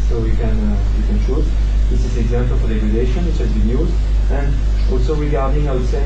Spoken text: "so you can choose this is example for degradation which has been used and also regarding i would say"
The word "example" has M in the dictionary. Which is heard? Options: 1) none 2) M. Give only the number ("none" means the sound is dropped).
2